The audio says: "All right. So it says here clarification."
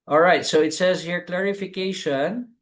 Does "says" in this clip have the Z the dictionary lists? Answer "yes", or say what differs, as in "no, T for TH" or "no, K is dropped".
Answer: yes